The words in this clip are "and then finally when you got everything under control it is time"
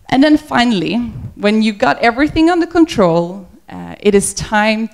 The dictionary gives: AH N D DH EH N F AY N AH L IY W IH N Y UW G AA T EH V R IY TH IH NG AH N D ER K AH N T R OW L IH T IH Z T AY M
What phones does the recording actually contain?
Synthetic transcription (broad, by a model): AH N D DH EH N F AY N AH L IY W IH N Y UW G AA T EH V R IY TH IH NG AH N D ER K AH N T R OW L IH T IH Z T AY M